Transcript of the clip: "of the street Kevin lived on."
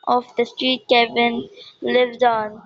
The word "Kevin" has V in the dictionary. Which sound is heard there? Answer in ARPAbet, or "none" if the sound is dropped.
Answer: B